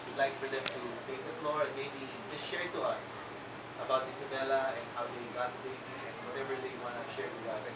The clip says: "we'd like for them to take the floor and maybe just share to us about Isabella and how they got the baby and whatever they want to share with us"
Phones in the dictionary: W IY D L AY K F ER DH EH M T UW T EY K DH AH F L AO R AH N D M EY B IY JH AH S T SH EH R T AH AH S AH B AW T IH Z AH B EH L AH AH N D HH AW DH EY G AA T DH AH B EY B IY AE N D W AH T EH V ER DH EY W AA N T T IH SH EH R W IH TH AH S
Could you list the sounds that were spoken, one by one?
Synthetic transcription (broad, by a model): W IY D L AY K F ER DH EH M T UW T EY K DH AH F L AO R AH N M EY B IY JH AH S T SH EH R T AH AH S AH B AW T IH S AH B EH L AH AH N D HH AW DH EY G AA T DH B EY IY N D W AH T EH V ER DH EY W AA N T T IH SH EH R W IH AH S